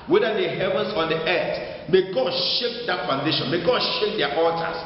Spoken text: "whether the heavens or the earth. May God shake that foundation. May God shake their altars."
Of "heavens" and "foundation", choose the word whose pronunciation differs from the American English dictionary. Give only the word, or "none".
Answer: heavens